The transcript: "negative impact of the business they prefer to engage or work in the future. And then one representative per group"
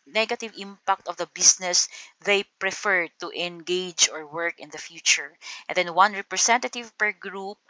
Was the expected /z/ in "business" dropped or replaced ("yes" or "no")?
yes